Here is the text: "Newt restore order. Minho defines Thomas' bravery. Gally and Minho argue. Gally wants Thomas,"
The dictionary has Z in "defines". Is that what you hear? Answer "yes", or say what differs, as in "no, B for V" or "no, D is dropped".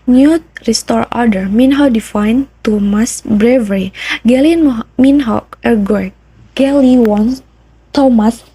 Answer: no, Z is dropped